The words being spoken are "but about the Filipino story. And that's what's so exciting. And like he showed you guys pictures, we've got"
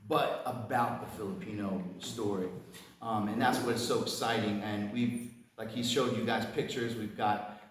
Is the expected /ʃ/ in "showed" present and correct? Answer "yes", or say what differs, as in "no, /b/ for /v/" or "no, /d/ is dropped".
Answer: yes